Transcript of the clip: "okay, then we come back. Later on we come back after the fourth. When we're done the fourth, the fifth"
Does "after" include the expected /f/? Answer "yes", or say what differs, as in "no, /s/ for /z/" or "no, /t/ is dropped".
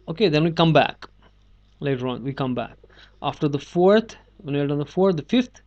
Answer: yes